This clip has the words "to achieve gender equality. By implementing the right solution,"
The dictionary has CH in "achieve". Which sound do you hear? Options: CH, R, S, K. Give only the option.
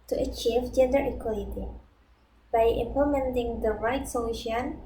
CH